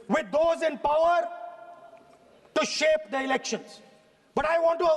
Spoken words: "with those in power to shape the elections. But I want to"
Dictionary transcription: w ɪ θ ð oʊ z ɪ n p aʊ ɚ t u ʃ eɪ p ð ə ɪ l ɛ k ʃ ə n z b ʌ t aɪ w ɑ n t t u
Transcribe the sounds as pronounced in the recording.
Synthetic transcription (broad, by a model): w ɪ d oʊ z ɪ n p aʊ ɚ t u ʃ eɪ p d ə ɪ l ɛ k ʃ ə n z b ʌ t aɪ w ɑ n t t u